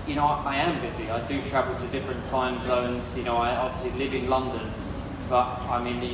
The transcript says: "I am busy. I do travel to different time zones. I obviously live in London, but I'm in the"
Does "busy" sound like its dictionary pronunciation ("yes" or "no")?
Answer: yes